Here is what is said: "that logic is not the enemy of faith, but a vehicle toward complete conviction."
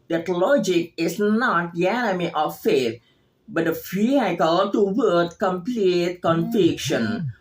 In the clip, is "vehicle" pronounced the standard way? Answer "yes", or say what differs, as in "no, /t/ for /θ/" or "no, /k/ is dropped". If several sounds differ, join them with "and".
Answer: no, /f/ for /v/